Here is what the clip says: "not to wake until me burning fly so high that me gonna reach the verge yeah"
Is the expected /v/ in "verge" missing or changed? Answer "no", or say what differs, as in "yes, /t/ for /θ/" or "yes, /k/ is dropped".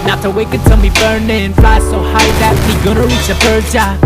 yes, /b/ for /v/